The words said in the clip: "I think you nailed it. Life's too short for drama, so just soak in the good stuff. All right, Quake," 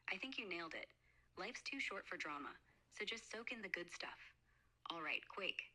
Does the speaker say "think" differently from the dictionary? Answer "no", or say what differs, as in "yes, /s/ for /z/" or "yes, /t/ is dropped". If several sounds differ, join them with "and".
no